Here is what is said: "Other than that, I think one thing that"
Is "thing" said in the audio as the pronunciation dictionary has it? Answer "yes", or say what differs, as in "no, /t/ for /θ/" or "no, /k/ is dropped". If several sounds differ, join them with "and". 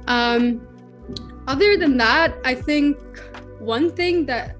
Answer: yes